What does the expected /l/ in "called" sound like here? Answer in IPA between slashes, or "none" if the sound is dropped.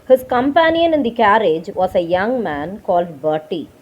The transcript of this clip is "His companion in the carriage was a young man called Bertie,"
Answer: /l/